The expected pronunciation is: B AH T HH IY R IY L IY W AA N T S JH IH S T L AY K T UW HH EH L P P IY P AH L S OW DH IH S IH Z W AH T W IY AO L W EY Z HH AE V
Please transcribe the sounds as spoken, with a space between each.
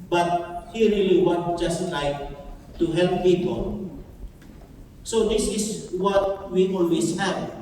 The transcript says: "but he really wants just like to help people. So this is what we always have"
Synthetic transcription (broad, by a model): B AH T HH IY R IY L IY W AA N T JH IH S T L AY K T UW HH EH L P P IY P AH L S OW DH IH S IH S W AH T W IY AO L W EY S HH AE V